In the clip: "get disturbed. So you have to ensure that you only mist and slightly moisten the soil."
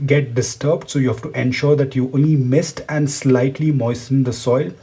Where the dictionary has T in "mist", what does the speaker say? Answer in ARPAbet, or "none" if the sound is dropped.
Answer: T